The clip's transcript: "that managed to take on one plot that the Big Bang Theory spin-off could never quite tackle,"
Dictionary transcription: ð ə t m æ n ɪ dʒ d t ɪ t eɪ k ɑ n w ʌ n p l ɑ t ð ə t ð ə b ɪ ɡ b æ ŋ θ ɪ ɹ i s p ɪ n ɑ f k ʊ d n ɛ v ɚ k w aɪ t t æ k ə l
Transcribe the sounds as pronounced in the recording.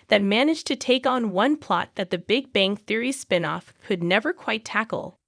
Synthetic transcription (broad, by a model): ð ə t m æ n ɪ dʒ t ɪ t eɪ k n w ʌ n p l ɑ t ð ə t ð ə b ɪ ɡ b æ ŋ θ ɪ ɹ i s p ɪ n ɑ f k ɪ d n ɛ v ɚ k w aɪ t t æ k l